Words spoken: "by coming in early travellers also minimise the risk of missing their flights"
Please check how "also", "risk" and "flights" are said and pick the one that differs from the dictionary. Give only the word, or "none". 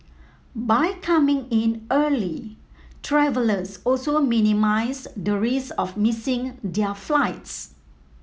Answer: risk